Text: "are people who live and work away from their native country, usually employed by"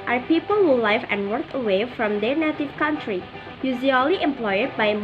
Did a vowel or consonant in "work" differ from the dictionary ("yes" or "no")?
no